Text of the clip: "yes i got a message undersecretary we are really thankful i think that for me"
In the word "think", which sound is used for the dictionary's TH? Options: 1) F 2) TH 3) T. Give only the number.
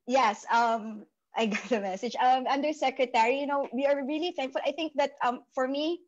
2